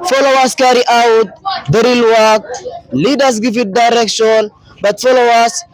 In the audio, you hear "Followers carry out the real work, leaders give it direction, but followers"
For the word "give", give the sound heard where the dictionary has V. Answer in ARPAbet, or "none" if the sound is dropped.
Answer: F